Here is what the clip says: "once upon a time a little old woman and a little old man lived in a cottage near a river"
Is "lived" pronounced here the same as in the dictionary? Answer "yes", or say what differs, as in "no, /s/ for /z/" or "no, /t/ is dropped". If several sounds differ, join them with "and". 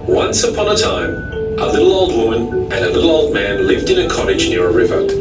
yes